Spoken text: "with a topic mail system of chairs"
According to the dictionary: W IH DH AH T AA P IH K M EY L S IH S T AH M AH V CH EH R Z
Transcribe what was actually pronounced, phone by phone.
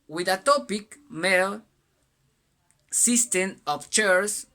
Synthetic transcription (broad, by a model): W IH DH AH T AA P IH K M EY L S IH S T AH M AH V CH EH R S